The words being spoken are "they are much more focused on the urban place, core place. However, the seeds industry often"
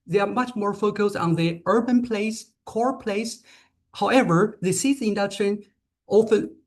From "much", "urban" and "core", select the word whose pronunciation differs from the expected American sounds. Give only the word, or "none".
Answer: none